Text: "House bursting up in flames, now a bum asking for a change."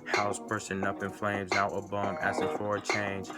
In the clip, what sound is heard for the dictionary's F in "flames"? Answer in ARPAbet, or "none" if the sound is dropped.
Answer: F